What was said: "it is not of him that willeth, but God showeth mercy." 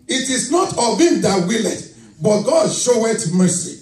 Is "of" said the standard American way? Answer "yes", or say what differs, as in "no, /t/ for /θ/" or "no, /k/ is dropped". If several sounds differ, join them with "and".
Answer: no, /b/ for /v/